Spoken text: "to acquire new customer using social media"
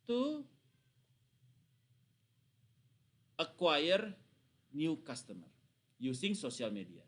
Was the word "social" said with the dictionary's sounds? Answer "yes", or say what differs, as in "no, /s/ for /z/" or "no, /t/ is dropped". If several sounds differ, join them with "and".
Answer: no, /s/ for /ʃ/